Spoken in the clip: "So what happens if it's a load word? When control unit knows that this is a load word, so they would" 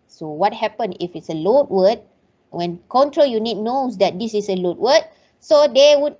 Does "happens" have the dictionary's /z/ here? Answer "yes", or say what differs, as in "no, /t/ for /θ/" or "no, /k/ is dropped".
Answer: no, /z/ is dropped